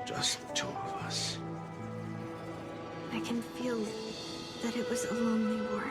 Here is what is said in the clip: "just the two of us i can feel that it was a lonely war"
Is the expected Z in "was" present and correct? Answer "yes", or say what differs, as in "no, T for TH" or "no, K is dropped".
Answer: yes